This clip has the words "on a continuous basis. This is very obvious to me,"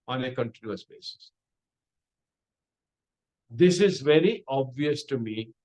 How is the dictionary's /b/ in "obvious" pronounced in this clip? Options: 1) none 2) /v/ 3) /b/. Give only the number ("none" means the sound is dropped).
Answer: 3